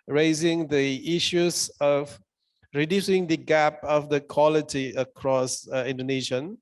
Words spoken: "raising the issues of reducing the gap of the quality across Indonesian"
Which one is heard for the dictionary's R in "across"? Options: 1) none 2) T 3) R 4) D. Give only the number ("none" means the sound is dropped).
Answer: 3